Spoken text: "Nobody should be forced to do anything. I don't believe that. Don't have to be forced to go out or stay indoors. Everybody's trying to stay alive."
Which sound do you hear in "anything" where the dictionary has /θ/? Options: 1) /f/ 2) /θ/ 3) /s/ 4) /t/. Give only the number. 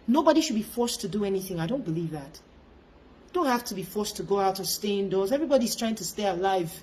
2